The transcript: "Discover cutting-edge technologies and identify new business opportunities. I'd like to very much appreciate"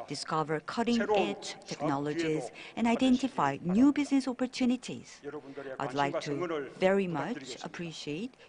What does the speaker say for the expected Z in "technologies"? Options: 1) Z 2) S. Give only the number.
1